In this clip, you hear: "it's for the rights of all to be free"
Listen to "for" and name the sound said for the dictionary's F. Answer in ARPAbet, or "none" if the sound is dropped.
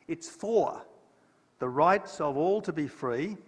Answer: F